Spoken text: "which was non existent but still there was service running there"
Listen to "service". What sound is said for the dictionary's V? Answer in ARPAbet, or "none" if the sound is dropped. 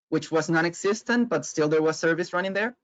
V